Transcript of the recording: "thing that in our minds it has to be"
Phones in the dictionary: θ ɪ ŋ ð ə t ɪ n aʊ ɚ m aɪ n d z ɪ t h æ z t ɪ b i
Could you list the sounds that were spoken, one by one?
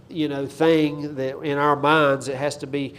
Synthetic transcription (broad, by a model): θ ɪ ŋ ð ə t ɪ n aʊ ɚ m aɪ n d z ɪ t h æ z t ɪ b i